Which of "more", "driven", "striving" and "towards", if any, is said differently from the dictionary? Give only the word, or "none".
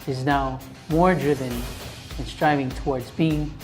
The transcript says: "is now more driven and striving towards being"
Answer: none